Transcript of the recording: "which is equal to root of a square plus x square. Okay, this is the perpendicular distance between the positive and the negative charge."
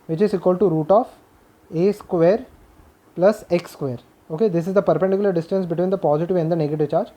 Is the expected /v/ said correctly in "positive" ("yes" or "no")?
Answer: yes